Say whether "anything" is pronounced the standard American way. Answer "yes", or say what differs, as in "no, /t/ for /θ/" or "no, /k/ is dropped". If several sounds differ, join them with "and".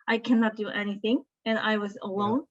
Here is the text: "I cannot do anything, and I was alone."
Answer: yes